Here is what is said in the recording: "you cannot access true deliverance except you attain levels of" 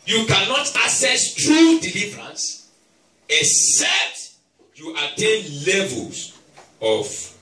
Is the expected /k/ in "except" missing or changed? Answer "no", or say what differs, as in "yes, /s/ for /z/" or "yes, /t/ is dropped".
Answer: yes, /k/ is dropped